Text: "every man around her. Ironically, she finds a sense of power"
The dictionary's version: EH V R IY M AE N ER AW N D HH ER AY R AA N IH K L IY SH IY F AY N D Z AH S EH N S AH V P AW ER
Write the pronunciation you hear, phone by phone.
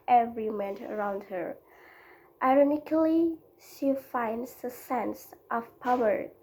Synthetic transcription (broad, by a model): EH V R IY M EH N ER AW N D HH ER AY R AA N IH K L IY SH IY F AY N D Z AH S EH N S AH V P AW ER